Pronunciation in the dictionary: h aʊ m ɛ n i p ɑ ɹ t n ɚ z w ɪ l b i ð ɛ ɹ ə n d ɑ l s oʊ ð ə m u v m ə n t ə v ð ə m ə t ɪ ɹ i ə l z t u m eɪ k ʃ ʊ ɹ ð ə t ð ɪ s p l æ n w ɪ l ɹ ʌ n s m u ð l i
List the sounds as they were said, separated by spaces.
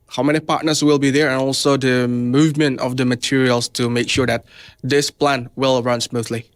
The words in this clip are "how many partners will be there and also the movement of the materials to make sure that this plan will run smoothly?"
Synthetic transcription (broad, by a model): h aʊ m ɛ n i p ɑ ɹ t n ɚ s w ɪ l b i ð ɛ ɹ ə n ɑ l s oʊ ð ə m u v m ə n t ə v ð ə m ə t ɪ ɹ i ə l s t u m eɪ k ʃ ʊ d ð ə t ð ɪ s p l æ n w ɪ l ɹ ʌ n s m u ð l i